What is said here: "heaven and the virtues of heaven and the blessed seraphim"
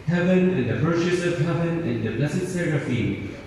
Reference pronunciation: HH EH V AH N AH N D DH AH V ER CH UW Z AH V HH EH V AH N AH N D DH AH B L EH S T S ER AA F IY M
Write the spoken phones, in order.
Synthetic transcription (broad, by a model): HH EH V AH N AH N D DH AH P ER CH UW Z AH V HH EH V AH N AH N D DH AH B L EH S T S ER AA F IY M